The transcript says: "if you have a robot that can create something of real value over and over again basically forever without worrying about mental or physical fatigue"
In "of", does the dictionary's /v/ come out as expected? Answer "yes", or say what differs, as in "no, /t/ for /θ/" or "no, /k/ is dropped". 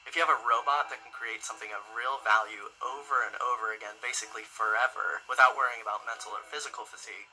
yes